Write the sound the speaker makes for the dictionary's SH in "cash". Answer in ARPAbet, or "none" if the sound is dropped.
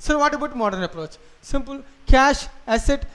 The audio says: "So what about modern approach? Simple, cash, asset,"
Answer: SH